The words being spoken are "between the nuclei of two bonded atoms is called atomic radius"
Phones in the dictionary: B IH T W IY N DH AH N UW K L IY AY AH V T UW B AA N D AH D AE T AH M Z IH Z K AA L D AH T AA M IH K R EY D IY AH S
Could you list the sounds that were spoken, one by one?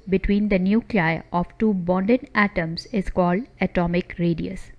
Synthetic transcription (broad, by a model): B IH T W IY N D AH N UW K L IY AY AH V T UW B AA N D AH D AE T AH M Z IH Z K AA L D AH T AA M IH K R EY D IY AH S